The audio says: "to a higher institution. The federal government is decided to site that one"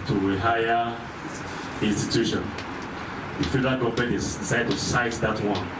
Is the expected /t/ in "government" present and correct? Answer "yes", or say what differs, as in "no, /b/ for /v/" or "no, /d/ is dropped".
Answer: no, /t/ is dropped